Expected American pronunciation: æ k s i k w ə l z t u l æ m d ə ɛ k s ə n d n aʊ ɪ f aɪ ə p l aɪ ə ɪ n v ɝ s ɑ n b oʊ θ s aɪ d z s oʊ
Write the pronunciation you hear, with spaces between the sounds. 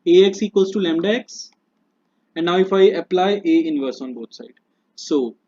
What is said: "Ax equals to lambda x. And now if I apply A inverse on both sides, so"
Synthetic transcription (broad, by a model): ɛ k s i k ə z t u l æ m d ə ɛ k s ə n d n aʊ ɪ f aɪ ə p l aɪ ə ɪ n v ɝ s ɑ n b oʊ t s aɪ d s oʊ